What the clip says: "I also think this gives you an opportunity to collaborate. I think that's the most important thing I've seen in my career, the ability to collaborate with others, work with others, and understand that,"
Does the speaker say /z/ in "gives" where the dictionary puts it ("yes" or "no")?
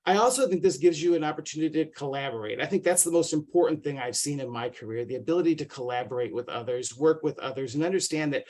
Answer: yes